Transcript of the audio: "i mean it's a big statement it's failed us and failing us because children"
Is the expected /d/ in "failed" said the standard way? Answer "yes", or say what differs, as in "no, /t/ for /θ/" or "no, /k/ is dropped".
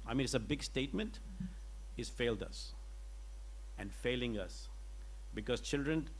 yes